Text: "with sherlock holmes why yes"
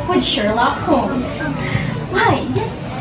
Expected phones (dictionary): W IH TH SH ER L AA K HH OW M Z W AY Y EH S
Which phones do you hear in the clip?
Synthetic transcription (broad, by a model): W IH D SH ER L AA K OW Z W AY Y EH S